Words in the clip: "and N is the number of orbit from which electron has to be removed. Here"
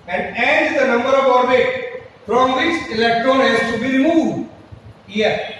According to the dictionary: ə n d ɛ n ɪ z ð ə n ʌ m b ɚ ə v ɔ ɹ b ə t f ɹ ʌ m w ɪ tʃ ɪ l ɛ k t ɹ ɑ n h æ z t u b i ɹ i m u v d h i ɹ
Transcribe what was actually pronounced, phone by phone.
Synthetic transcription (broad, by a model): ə n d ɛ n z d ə n ʌ m b ɚ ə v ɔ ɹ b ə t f ɹ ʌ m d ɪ s ɪ l ɛ k t ɹ ɑ n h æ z t u b i ɹ i m u v d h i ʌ